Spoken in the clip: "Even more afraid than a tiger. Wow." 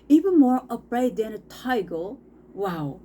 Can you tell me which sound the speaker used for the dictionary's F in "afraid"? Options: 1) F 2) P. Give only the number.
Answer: 2